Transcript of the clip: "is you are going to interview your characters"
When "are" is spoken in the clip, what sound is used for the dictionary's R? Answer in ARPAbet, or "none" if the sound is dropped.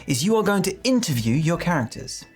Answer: L